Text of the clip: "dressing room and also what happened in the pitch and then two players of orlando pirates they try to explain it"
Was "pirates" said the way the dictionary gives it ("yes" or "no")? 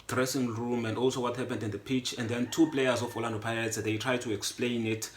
no